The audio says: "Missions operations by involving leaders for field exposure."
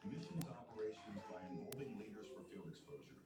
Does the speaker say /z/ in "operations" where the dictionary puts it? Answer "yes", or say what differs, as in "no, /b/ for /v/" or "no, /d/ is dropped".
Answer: yes